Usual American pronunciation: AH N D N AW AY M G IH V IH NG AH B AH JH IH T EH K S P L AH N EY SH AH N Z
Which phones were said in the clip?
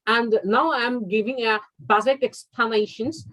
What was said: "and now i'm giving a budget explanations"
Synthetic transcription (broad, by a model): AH N N AW AY M G IH V IH NG AH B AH Z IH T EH K S P L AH N EY SH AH N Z